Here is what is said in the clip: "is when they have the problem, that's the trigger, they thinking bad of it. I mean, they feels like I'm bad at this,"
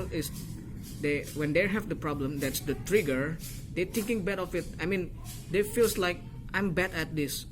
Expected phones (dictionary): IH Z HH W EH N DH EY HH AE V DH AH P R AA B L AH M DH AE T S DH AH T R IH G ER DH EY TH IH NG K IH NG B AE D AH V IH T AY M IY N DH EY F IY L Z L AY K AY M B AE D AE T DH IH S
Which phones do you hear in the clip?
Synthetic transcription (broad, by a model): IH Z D W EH N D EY HH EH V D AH P R AA B L AH M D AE T S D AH T R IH G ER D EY T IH NG K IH NG B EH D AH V IH T AY M IY N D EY F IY L S L AY K AY M B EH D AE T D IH S